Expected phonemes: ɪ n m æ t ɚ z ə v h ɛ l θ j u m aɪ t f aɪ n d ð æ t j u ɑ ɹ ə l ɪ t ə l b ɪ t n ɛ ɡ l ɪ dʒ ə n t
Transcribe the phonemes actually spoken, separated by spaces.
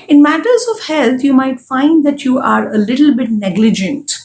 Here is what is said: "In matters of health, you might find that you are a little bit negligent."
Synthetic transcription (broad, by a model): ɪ n m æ t ɚ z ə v h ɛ l t j u m aɪ t f aɪ n d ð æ t j u ɑ ɹ ə l ɪ t l b ɪ t n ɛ ɡ l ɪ dʒ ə n t